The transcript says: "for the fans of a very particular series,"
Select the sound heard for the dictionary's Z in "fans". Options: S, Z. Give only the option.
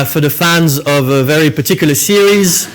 Z